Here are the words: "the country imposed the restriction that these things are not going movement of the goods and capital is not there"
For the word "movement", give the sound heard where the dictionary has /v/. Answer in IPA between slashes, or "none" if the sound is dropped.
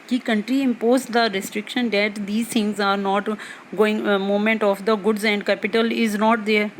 none